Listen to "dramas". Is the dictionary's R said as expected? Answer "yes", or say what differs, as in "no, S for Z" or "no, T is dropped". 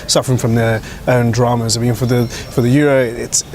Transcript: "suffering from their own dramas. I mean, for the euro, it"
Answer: yes